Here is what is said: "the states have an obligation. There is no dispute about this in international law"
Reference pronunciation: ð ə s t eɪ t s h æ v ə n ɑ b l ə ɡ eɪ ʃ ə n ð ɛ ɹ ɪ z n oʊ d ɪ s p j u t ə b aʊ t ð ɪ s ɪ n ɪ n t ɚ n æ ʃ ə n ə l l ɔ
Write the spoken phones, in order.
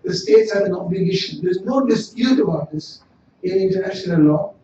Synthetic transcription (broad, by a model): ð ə s t eɪ t s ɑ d ə n ɑ b l ə ɡ eɪ ʃ ə n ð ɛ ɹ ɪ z n oʊ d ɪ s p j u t ə b aʊ t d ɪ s ɪ n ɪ n t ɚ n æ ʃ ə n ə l l ɔ